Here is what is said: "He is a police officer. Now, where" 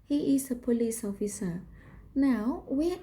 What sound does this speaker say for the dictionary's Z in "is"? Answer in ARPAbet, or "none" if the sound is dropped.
S